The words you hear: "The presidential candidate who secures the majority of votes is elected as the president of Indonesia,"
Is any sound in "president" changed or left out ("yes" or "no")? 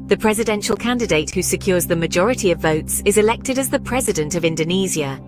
no